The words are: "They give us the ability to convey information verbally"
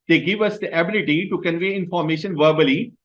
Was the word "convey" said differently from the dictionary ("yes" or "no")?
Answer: no